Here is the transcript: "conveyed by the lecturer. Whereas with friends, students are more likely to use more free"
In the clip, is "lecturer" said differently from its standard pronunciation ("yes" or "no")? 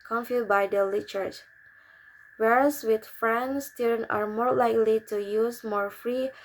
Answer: yes